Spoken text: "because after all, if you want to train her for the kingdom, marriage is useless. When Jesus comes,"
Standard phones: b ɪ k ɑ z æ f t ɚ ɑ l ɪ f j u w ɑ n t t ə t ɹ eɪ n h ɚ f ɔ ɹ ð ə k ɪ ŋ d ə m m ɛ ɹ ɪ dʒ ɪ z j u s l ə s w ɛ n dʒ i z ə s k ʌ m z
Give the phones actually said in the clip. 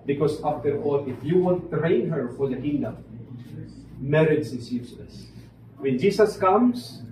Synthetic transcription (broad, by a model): b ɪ k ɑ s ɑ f t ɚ ɑ l ɪ f j u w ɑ n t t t ɹ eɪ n h ɚ f ɔ ɹ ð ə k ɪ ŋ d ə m m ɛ ɹ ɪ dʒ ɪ s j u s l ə s w ɛ n dʒ i s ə s k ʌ m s